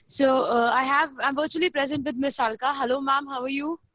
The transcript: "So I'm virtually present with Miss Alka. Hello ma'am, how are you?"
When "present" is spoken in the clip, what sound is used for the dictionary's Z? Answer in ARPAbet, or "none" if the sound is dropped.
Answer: Z